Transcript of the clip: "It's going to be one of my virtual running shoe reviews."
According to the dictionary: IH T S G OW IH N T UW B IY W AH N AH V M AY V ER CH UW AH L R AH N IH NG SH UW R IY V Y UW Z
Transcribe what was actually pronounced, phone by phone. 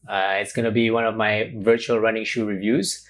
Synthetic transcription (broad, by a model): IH T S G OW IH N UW B IY W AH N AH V M AY V ER CH UW AH L R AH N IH NG SH UW R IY V Y UW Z